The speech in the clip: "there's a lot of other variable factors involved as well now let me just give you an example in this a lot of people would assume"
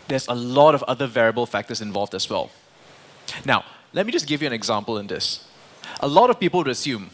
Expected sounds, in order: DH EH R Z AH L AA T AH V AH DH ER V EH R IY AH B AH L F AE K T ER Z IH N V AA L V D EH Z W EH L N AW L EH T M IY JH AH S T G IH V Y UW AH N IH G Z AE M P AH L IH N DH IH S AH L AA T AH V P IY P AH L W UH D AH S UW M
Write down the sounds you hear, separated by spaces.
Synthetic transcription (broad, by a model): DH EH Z AH L AA T AH V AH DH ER V EH R IY AH B AH L F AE K T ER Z IH N V AA L V D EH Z W EH L N AW L EH T M IY JH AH S G IH V Y UW AH N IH G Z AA M P AH L IH N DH IH S AH L AA T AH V P IY P AH L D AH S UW M